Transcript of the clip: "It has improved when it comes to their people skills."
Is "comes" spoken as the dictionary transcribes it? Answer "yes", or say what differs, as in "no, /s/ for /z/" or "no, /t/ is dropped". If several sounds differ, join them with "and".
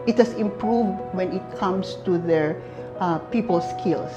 no, /s/ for /z/